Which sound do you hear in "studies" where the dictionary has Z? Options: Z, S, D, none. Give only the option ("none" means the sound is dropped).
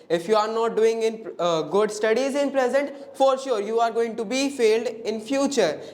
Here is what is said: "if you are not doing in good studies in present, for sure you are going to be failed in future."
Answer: Z